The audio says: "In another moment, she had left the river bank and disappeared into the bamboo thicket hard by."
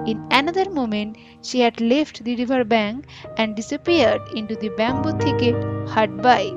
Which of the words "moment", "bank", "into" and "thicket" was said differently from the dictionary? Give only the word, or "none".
thicket